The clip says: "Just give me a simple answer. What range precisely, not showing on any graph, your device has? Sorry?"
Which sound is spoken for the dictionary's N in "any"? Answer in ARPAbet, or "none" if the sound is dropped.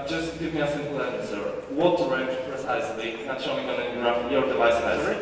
none